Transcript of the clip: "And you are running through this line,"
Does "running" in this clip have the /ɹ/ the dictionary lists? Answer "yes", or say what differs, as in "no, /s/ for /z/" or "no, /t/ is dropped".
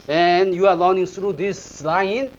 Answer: no, /l/ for /ɹ/